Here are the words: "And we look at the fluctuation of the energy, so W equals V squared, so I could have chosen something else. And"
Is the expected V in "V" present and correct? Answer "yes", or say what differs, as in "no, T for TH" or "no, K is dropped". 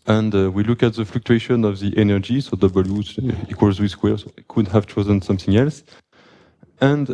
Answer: no, W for V